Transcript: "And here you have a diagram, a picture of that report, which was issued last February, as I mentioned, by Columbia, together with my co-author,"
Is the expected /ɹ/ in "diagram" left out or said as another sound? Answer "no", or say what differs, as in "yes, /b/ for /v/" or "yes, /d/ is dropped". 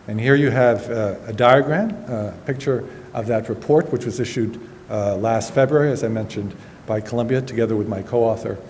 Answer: no